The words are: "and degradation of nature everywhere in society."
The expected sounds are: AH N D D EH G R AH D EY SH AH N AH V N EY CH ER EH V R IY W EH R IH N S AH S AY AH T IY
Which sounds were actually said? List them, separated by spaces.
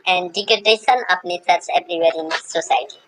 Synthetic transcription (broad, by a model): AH N D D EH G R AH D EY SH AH N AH P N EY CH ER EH B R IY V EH R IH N S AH S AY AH T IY